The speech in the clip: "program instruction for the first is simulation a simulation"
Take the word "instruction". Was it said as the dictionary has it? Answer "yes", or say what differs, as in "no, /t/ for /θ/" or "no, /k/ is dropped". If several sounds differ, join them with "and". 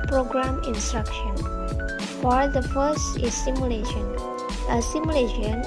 yes